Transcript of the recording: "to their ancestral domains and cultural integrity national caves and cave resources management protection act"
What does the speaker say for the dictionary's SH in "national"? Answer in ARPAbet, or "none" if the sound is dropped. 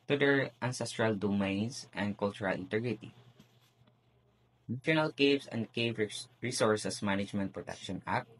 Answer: none